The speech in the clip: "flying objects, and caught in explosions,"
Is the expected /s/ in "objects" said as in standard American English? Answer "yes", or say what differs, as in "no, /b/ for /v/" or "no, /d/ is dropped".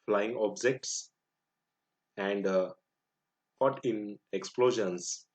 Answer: yes